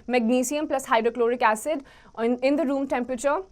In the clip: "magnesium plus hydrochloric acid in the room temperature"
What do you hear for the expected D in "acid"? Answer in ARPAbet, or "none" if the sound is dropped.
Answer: D